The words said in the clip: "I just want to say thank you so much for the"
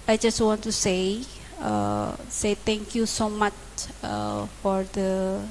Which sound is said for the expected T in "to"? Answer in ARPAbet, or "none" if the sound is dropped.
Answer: S